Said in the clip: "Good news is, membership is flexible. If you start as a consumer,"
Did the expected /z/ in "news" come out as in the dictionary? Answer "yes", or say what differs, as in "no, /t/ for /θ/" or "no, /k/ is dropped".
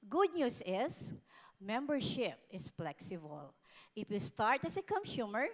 no, /s/ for /z/